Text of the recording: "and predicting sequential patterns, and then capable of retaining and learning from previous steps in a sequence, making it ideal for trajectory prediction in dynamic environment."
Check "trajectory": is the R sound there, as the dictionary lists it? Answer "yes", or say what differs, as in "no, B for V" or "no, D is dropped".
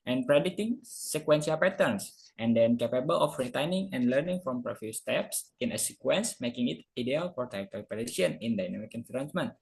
no, R is dropped